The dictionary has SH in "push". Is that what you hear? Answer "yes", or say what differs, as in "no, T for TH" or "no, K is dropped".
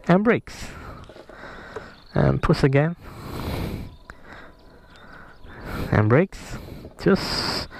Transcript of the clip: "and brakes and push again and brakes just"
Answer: no, S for SH